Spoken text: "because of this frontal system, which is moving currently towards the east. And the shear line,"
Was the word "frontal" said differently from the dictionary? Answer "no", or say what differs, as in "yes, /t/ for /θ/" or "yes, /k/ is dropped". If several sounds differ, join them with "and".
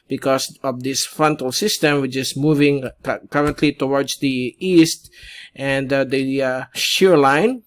no